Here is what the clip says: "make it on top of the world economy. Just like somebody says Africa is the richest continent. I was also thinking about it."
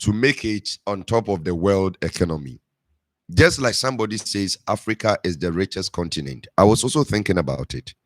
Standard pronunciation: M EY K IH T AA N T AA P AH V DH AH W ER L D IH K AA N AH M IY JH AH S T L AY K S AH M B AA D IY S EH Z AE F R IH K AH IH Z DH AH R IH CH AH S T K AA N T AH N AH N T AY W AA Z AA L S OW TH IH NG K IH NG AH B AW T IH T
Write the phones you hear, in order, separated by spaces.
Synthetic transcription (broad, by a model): M EY K IH T AA N T AA P AH V DH AH W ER L D IH K AA N AH M IY JH AH S T L AY K S AH M B AA D IY S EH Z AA F R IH K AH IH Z DH AH R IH CH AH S K AA N T AH N AH N T AY W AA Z AA L S OW TH IH NG K IH NG AH B AW T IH T